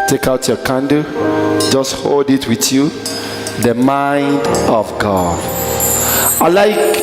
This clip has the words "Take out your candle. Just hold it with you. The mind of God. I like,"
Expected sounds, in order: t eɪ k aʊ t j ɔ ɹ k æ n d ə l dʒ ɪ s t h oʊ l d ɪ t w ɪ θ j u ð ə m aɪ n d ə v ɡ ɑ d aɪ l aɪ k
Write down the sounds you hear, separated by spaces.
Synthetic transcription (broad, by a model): t eɪ k aʊ t j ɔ k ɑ n d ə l dʒ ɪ s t h oʊ l d ɪ t w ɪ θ j u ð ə m aɪ n d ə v ɡ ɑ d aɪ l aɪ k